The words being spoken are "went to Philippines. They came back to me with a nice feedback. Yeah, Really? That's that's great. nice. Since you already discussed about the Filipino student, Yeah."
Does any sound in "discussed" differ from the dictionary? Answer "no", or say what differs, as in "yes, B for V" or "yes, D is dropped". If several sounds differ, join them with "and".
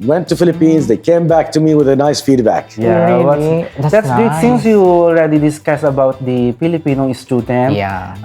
yes, T is dropped